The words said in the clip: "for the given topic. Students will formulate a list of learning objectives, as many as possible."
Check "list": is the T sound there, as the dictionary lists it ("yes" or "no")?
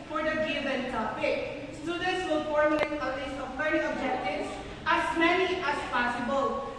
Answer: no